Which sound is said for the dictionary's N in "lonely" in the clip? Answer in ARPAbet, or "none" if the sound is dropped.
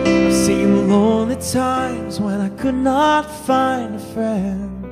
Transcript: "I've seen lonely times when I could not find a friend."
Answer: N